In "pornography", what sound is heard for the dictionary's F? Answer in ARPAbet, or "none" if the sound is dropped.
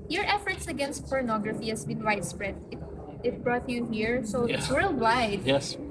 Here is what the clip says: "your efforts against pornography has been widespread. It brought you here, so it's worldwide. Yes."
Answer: F